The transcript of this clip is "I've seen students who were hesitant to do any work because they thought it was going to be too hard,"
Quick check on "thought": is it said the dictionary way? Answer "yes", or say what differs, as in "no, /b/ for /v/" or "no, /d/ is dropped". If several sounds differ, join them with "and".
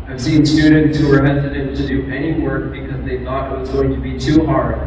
yes